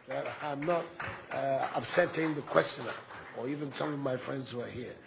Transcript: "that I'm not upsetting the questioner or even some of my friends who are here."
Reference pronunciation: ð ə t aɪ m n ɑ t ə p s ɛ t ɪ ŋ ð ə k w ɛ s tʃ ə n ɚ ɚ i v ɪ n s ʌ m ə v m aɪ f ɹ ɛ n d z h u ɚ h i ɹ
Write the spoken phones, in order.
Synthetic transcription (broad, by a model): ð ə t aɪ m n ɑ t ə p s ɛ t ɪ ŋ ð ə k w ɛ s tʃ ə n ɚ ɚ i v ɪ n s ʌ m ə v m aɪ f ɹ ɛ n d z h u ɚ h i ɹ